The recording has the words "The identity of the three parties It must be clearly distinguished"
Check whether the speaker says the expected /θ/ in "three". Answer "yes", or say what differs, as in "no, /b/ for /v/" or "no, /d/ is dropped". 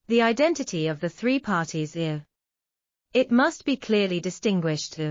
yes